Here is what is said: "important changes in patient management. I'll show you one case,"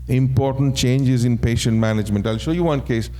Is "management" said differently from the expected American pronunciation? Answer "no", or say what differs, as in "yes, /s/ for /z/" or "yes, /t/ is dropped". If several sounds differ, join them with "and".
no